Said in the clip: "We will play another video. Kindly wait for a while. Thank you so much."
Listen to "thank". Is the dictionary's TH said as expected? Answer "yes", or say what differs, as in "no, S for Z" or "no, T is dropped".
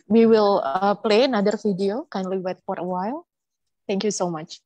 no, T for TH